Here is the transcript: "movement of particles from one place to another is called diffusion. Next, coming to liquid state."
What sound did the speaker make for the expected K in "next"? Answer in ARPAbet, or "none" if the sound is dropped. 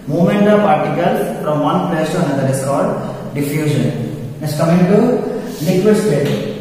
none